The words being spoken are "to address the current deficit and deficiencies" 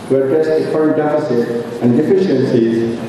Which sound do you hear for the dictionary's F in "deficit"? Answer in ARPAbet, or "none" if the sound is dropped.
P